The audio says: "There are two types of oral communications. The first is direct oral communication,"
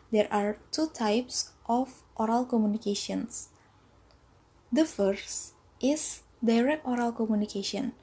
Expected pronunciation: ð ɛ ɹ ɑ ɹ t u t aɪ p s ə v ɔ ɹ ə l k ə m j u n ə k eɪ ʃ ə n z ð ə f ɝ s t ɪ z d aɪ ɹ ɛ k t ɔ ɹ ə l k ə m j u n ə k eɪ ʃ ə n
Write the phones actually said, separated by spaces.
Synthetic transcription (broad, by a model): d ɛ ɹ ɑ ɹ t u t aɪ p s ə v ɔ ɹ ə l k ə m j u n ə k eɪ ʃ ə n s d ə f ɝ s t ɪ s d aɪ ɹ ɛ k t ɔ ɹ ə l k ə m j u n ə k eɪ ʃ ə n